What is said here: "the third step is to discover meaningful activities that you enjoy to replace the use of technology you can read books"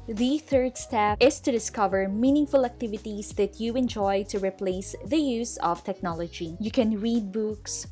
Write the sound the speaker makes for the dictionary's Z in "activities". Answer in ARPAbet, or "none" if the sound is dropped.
S